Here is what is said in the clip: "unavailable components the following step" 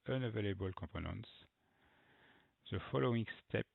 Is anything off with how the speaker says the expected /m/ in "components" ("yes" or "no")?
yes